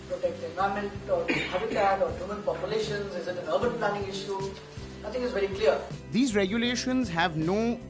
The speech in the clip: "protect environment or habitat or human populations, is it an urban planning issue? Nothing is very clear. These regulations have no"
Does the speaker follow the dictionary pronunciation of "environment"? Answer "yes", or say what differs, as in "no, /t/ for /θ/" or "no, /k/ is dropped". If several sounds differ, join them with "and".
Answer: no, /ɹ/ is dropped and /n/ is dropped